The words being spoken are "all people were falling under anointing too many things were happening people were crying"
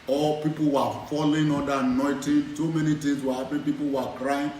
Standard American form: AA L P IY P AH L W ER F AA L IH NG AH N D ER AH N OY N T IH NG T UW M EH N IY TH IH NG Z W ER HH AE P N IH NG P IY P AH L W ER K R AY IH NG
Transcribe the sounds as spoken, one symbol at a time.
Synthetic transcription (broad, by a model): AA L P IY P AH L W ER F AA L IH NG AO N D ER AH N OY T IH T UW M EH N IY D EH Z W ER HH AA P IH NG P IY P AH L W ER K R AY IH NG